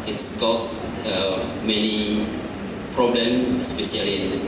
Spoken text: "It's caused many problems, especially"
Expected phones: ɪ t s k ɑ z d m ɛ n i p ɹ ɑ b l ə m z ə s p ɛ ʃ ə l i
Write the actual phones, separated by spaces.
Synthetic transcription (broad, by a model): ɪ t s k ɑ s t m ɛ n i p ɹ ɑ b l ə m ə s p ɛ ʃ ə l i